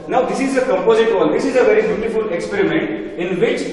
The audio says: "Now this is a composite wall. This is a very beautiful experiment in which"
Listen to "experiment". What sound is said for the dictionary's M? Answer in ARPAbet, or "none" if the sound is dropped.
M